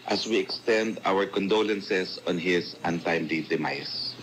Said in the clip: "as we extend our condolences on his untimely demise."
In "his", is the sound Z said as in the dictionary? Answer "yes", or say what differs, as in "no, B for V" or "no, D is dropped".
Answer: no, S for Z